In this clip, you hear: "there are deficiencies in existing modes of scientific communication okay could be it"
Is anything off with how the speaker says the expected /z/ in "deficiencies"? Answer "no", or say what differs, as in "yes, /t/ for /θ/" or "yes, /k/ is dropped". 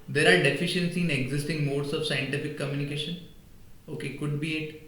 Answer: yes, /z/ is dropped